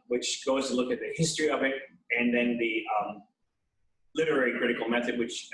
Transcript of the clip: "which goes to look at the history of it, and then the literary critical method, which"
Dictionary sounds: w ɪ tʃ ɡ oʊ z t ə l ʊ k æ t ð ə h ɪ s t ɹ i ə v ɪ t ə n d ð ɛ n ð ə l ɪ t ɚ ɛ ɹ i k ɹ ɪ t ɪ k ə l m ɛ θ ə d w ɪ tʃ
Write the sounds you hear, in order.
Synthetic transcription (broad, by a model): w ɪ tʃ ɡ oʊ z t ə l ʊ k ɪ t ð ə h ɪ s t ɹ i ə v ɪ t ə n ð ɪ n ð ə l ɪ t ɚ ɛ ɹ i k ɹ ɪ t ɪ k l m ɛ θ ə d w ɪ tʃ